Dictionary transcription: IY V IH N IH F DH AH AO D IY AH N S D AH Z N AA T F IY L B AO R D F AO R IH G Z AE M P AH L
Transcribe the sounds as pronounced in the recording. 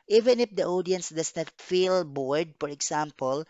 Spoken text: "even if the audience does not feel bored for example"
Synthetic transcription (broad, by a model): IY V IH N IH F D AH AO D IY AH N S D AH S N AA T F IY L B AO R D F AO R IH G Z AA M P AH L